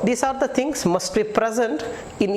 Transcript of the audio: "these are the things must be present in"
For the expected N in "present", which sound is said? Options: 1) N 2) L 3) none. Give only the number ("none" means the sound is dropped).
1